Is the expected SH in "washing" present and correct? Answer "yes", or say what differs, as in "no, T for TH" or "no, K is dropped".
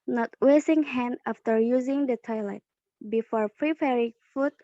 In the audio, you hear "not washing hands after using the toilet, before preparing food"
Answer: no, S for SH